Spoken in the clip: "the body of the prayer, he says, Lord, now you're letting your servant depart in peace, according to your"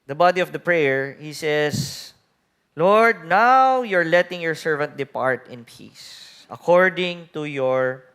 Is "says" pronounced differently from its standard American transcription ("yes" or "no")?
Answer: yes